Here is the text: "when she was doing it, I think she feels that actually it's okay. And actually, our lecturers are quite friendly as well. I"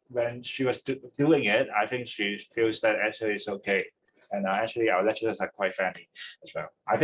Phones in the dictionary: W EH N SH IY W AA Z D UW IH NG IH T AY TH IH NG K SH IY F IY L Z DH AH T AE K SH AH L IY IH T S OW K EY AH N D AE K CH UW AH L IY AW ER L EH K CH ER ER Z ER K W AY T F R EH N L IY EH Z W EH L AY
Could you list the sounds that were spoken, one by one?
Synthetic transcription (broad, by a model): W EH N SH IY W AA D D UW IH NG IH T AY TH IH NG K SH IY F IY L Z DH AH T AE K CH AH L IY IH T S OW K EY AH N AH AE K CH UW AH L IY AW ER L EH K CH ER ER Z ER K W AY T F EH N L IY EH S W EH L AY